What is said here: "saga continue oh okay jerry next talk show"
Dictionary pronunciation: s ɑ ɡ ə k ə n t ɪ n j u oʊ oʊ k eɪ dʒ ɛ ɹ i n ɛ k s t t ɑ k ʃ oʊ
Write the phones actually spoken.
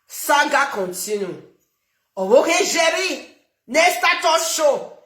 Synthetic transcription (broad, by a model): s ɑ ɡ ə k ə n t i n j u oʊ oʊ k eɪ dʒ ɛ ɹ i n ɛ s t t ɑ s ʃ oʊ